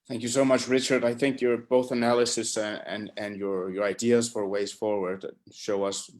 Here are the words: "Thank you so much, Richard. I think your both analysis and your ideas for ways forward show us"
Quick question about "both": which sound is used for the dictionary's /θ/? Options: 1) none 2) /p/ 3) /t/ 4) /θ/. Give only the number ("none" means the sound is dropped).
4